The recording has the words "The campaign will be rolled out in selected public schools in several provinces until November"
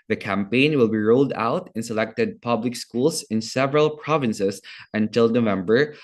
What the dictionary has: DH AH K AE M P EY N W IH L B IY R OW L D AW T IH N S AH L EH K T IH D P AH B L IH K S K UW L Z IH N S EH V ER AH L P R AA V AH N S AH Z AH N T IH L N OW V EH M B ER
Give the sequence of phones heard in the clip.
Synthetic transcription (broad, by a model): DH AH K AE M P EY N W IH L B IY R OW L D AW T IH N S AH L EH K T IH D P AH B L IH K S K UW L S IH N S EH V ER AH L P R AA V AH N S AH S AH N T IH L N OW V EH M B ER